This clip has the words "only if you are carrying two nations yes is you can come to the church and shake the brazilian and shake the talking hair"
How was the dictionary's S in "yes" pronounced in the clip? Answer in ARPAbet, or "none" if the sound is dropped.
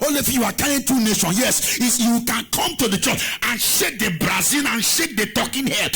S